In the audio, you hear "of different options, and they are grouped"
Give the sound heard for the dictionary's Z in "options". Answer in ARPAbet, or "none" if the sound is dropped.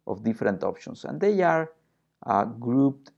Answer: S